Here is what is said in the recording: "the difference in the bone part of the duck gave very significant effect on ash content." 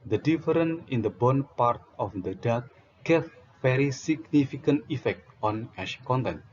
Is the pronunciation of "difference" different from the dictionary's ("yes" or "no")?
yes